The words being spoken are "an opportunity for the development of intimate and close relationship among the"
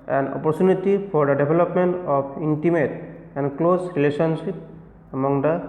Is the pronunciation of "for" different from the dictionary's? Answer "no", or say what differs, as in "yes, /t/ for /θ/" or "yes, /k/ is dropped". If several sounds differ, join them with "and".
yes, /p/ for /f/